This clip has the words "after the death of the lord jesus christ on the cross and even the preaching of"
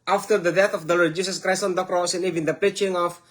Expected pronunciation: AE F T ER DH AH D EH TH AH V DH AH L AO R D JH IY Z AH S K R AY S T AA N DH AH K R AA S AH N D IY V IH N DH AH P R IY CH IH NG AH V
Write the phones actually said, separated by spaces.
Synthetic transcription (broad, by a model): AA F T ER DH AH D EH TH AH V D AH L AO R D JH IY S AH S K R AY S T AA N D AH K R AA S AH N IY V IH N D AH P R IY CH IH NG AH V